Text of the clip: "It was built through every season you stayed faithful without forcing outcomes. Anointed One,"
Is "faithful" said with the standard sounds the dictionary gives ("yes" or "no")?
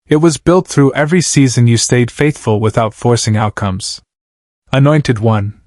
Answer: yes